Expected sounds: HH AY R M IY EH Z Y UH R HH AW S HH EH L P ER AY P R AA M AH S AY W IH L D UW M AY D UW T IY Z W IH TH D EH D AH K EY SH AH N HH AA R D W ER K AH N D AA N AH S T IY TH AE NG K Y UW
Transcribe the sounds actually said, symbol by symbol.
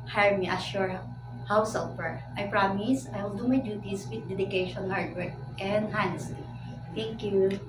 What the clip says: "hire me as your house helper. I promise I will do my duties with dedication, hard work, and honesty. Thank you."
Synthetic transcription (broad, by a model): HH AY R M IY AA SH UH R HH AW S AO P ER AY P R AA M AH S AY W IH L D UW M AY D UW T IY S W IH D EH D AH K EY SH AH N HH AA R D W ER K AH N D AA N AH S T IY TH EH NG K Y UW